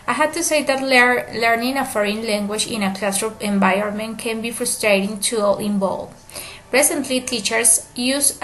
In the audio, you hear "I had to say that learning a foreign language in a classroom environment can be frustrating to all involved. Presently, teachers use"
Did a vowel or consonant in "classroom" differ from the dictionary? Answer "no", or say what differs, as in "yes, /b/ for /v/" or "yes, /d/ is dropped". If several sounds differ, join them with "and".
yes, /m/ is dropped